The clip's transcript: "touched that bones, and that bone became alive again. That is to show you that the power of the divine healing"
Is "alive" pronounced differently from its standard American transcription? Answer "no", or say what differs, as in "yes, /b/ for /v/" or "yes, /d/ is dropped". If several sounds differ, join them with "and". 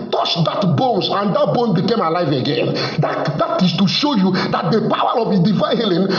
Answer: no